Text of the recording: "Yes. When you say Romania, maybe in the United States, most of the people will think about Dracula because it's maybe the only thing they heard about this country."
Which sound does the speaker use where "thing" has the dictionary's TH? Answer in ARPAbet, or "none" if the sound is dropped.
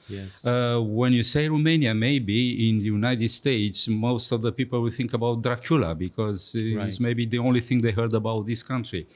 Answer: TH